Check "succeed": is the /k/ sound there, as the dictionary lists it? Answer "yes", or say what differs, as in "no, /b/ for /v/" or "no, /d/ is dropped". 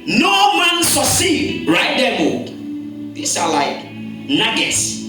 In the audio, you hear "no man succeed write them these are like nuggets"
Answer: no, /k/ is dropped